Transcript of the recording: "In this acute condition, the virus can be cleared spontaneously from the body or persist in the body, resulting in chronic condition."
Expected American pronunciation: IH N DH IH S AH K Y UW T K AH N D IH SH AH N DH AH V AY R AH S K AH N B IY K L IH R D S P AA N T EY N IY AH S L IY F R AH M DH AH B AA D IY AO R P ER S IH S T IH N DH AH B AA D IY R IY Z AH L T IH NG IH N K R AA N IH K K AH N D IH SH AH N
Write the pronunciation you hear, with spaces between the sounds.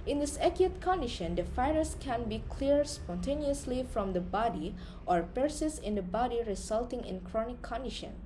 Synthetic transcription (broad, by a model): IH N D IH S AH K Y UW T K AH N D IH SH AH N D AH F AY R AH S K AH N B IY K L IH R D S P AA N T EY N IY AH S L IY F R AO M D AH B AA D IY AO R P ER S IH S IH N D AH B AA D IY R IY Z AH L T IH NG IH N K R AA N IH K K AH N D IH SH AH N